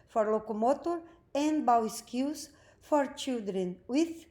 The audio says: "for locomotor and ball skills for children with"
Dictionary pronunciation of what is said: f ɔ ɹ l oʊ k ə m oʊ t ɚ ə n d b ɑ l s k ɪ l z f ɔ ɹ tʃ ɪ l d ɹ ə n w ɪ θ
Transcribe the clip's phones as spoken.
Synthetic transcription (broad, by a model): f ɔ ɹ l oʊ k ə m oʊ t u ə n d b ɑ w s k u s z f ɔ ɹ tʃ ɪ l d ɹ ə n w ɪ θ